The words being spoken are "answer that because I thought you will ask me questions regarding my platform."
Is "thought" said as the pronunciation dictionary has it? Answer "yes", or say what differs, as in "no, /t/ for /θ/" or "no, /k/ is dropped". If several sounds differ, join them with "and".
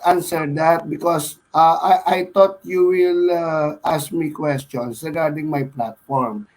no, /t/ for /θ/